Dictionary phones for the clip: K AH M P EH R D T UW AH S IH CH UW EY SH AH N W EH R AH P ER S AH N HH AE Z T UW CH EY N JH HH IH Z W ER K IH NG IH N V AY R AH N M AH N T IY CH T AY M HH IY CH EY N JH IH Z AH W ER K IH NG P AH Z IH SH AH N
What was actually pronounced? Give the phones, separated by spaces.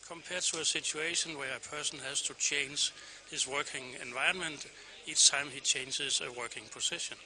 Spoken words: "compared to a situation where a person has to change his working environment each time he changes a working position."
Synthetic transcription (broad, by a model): K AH M P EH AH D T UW AH S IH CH UW EY SH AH N W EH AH AH P ER S AH N HH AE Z T UW CH EY N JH HH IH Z W ER K IH NG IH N V AY AH N M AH N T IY S T AY M HH IY CH EY N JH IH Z AH W ER K IH NG P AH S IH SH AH N